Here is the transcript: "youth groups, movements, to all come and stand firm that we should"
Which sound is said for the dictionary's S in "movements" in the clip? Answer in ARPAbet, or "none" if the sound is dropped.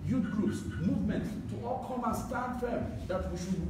none